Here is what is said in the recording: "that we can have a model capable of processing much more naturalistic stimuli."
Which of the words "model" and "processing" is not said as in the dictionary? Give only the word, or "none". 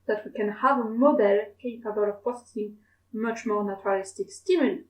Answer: processing